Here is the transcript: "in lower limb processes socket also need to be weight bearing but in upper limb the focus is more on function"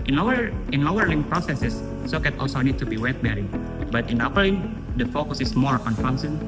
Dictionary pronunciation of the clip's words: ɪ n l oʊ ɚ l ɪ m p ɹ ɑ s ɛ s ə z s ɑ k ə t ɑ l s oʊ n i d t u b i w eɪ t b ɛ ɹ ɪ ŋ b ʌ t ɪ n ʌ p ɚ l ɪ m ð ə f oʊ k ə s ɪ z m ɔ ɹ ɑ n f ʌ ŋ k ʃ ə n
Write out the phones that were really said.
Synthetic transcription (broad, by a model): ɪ n n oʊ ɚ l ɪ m p ɹ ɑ s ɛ s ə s s ɑ k ə t ɑ l s oʊ n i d t u b i w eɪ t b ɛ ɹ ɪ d b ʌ t ɪ n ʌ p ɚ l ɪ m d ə f oʊ k ə s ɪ s m ɔ ɹ ɑ n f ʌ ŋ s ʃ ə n